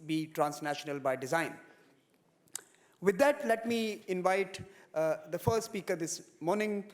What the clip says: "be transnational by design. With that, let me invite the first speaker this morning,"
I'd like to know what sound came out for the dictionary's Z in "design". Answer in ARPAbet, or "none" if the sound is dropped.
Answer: Z